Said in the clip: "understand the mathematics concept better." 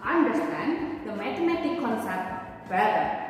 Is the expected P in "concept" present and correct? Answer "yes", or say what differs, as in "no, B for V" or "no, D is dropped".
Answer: no, P is dropped